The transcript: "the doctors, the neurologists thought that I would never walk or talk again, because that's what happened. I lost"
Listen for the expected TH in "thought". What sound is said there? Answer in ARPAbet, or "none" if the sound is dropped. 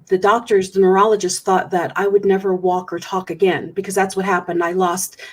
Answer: TH